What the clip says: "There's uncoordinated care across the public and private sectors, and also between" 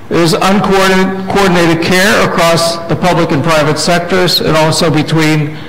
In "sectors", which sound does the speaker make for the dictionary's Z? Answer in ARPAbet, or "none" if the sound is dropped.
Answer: Z